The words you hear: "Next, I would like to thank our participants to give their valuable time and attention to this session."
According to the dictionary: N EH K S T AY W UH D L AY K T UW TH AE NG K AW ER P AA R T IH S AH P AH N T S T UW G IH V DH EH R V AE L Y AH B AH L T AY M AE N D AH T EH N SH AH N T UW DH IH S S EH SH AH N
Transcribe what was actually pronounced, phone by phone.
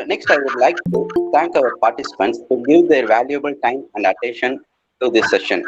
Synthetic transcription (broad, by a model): N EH K S T AY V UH D L AY K T UW T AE NG K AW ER P AA R T IH S AH P AH N T S T UW G IH V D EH R V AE L Y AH B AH L T AY M AE N D AH T EH N SH AH N T UW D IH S S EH SH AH N